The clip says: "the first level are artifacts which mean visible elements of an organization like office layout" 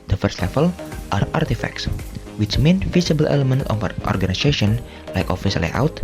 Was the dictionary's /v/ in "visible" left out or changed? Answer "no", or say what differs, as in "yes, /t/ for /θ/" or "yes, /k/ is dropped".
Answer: yes, /f/ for /v/